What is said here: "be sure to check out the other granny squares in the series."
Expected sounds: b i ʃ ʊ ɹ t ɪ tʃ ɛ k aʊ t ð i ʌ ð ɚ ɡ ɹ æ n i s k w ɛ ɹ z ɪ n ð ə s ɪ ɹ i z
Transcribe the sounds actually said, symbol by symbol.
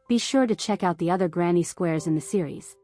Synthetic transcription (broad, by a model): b i ʃ ʊ ɹ t ɪ tʃ ɛ k aʊ t ð i ʌ ð ɚ ɡ ɹ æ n i s k w ɛ ɹ z ɪ n ð ə s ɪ ɹ i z